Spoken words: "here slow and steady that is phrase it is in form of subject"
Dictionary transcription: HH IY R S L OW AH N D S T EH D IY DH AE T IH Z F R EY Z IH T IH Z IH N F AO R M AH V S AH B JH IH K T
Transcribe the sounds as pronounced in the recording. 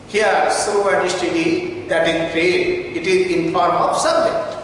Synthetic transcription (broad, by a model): HH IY R S OW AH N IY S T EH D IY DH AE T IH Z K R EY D IH T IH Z IH N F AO R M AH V S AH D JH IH